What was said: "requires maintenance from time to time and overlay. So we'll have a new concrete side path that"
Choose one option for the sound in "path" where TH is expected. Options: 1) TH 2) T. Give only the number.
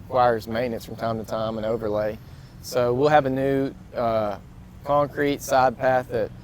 1